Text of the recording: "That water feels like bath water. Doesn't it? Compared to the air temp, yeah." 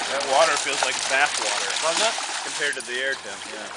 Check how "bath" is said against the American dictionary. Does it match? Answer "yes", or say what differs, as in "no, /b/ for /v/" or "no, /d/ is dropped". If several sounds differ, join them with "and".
no, /s/ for /θ/